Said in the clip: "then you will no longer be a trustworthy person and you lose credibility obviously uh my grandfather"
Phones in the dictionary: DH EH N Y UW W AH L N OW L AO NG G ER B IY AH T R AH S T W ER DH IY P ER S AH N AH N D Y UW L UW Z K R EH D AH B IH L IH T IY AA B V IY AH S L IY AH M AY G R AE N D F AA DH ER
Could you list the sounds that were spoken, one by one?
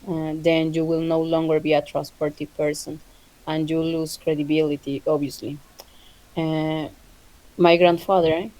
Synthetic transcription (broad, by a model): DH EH N Y UW W AH L N OW L AO NG G ER B IY AH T R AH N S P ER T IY P ER S AH N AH N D Y UW L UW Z K R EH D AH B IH L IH T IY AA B IY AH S L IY M AY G R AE N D F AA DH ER